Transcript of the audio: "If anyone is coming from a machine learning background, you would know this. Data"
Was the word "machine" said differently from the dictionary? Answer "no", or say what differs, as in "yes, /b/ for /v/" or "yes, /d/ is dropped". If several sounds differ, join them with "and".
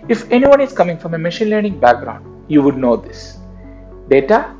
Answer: no